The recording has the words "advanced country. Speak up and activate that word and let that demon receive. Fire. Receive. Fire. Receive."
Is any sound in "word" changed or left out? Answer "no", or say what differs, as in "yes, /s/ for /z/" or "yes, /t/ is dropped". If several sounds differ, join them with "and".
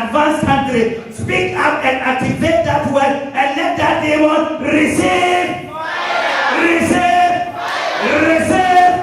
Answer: yes, /d/ is dropped